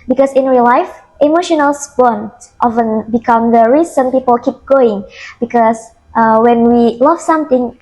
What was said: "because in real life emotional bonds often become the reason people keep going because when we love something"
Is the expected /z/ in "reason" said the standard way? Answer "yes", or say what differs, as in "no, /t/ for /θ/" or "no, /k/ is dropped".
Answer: no, /s/ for /z/